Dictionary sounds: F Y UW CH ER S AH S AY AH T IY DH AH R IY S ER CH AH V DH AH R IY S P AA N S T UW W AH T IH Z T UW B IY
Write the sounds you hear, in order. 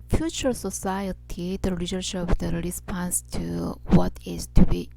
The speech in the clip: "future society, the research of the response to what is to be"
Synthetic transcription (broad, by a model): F Y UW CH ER S AH S AY AH T IY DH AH L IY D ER SH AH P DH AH R IY S P AA N S T UW W AH T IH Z T UW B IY